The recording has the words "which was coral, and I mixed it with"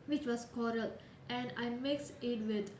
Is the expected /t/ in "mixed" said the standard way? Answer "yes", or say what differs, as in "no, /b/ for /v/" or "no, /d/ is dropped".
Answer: no, /t/ is dropped